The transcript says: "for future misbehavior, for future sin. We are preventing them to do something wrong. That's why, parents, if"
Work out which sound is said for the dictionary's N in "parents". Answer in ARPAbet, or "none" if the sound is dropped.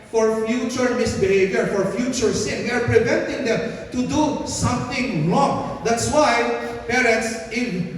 N